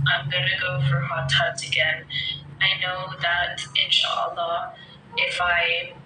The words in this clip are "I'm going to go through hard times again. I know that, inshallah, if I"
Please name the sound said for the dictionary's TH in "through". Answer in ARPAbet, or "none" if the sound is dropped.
F